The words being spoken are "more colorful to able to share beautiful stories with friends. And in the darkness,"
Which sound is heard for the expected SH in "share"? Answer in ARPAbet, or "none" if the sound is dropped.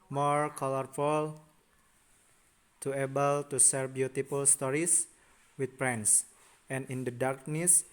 S